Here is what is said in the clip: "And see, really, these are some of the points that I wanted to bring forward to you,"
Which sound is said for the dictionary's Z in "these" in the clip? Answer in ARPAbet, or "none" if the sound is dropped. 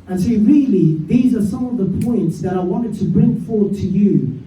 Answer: Z